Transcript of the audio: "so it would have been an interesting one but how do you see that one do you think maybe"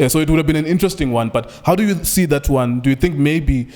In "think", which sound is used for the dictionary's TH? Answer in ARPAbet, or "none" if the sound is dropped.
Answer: TH